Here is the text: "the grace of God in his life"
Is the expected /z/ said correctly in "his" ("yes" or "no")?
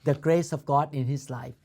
no